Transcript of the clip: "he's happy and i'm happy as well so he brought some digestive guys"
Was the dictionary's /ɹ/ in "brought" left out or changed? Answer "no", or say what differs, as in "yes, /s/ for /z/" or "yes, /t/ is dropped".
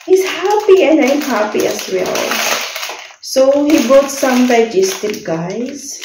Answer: yes, /ɹ/ is dropped